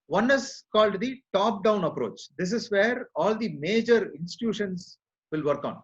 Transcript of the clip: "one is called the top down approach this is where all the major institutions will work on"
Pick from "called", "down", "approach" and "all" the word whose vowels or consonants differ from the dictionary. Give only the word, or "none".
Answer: none